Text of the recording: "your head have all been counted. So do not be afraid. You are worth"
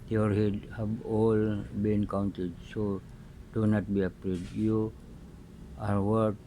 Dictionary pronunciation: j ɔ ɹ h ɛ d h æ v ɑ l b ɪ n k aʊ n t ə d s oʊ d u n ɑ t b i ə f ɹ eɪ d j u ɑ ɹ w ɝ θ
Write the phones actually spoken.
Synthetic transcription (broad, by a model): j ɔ ɹ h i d h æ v ɑ l b ɪ n k aʊ n t ə d s oʊ d u n ɑ t b i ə p ɹ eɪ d j u ɑ ɹ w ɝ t